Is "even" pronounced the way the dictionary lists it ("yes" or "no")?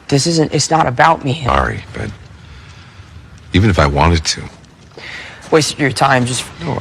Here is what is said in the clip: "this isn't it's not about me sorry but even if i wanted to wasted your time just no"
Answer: yes